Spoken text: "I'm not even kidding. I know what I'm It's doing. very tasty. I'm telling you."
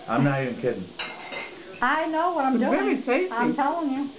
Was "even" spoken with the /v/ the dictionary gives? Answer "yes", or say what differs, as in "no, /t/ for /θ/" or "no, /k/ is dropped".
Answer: no, /v/ is dropped